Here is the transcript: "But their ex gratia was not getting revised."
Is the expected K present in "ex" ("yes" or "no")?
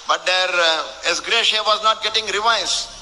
no